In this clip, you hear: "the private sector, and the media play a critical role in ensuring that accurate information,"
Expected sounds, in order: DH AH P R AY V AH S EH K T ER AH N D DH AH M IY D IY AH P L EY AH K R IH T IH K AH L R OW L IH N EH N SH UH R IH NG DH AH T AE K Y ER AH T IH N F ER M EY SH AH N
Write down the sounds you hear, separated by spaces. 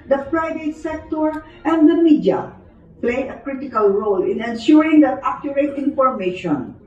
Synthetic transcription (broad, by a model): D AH F R AY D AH S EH K T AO AH N D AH M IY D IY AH P L EY AH K R IH T IH K AH L R OW L IH N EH N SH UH R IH NG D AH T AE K Y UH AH T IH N F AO M EY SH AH N